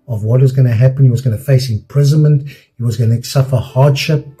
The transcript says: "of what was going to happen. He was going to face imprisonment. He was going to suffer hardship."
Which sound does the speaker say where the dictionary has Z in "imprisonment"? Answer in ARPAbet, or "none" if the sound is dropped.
Z